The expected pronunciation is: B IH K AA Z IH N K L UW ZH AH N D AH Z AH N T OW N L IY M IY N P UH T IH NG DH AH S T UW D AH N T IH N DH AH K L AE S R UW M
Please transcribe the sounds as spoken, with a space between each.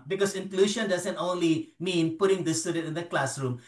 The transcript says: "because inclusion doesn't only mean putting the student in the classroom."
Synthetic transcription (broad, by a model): B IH K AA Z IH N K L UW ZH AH N D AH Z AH N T OW N L IY M IY N P UH T IH NG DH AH S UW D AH T IH N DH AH K L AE S R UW M